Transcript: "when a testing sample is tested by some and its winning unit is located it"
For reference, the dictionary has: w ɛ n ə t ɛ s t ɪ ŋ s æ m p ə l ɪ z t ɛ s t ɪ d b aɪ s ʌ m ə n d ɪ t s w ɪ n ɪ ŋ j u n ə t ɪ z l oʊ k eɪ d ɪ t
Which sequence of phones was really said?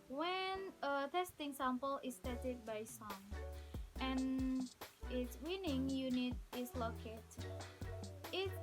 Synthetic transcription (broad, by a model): w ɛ n ə t ɛ s t ɪ ŋ s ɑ m p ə l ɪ s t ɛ t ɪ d b aɪ s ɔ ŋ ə n ɪ t s w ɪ n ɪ ŋ j u n ə t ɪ s l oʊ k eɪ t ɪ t